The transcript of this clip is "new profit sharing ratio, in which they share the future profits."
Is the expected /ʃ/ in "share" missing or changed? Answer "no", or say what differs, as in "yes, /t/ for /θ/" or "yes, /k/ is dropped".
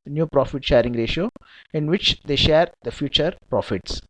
no